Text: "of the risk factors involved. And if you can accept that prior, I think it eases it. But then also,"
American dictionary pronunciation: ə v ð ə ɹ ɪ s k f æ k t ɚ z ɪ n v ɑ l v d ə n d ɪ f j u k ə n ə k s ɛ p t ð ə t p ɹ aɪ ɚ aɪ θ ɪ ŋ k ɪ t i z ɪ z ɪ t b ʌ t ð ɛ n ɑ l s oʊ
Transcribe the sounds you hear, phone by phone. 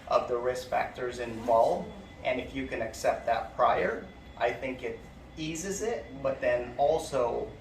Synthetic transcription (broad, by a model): ə v ð ə ɹ ɪ s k f æ k t ɚ z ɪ n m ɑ l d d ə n ɪ f j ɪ k ə n ə k s ɛ p t ð ə t p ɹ aɪ ɚ aɪ θ ɪ ŋ k ɪ t i z ɪ z ɪ t b ʌ t ð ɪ n ɑ l s oʊ